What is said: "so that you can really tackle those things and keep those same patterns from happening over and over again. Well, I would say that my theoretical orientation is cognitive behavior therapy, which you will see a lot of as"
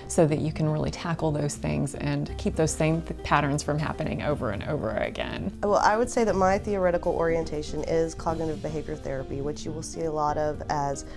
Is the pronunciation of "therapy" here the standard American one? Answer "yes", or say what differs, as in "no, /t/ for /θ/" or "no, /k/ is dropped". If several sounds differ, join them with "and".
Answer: yes